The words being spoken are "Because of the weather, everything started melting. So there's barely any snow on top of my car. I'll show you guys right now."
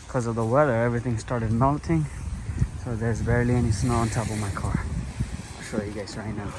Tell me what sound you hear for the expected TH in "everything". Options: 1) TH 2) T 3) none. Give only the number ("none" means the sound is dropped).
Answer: 1